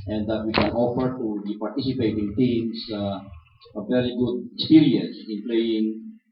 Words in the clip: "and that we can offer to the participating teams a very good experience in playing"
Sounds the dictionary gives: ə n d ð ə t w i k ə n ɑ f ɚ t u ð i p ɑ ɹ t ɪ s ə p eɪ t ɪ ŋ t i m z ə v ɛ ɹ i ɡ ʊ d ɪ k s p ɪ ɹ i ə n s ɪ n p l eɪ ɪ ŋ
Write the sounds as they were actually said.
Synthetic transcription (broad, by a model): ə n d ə t w i k ə n ɑ f ɚ t u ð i p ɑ ɹ t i s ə p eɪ t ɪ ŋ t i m s ə v ɛ ɹ i ɡ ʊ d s i ɹ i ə s ɪ n p l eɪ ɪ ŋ